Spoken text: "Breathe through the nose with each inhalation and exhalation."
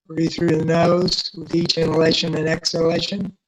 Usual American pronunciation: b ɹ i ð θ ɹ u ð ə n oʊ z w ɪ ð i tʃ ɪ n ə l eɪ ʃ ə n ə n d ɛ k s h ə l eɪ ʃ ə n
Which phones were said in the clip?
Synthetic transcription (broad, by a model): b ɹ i θ ɹ u ð ə n oʊ z w ɪ ð i tʃ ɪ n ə l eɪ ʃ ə n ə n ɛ k s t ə l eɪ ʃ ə n